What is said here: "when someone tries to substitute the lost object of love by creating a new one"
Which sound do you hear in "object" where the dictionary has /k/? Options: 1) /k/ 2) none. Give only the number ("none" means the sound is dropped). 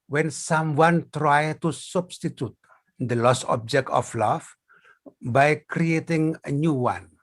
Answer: 1